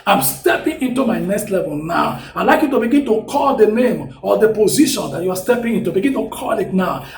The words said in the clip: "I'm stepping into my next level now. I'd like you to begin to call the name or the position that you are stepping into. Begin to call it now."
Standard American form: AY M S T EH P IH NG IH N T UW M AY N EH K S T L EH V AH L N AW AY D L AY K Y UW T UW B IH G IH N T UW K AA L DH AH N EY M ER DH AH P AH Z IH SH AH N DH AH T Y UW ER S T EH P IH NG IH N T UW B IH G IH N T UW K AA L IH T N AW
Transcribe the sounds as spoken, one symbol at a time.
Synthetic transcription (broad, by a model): AY M S T EH P IH NG IH N T UW M AY N EH K S T L EH V AH L N AW AY L AY K Y UW T UW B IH G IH N T UW K AA L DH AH N EY M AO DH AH P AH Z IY SH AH N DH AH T Y UW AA S T EH P IH NG IH N T UW B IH G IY N T UW K AA L IH T N AW